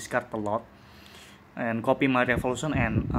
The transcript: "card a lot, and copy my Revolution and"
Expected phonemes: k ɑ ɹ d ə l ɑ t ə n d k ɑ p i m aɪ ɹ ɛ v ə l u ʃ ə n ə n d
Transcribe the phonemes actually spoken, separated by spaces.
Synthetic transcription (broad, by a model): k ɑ ɹ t ə l ɑ t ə n k ɑ p i m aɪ ɹ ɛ f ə l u s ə n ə n